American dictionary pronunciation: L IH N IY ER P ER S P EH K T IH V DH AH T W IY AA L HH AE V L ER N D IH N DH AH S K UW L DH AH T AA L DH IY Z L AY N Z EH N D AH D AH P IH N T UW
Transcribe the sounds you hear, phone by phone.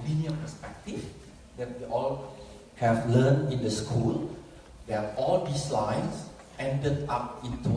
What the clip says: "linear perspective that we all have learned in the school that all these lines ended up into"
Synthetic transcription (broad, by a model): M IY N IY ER P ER S P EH K T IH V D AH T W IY AA L HH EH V L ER N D IH N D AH S K UW L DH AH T AA L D IY S L AY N S EH N D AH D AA P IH N T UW